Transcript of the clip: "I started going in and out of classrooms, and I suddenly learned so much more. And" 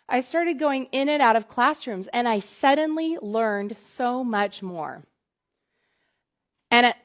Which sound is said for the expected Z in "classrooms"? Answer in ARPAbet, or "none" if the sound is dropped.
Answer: Z